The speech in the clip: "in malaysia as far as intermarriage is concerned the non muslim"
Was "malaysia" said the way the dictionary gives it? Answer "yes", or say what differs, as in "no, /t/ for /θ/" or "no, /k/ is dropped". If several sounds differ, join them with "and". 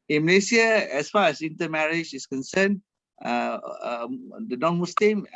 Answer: no, /s/ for /ʒ/